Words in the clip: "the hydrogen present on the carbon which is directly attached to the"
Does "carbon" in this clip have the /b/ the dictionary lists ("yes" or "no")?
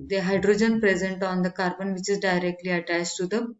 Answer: yes